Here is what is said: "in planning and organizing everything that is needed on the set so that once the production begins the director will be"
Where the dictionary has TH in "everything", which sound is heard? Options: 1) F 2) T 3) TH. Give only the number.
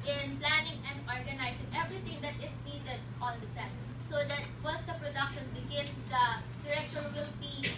2